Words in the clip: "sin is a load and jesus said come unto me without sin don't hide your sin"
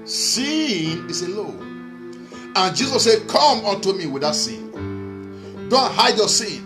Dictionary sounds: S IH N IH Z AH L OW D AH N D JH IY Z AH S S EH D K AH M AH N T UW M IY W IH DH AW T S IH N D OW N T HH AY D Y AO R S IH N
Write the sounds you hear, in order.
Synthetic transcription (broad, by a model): S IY N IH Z AH L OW AH N JH IY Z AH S S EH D K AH M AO N T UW M IY W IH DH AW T S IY N D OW N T HH AY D Y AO S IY N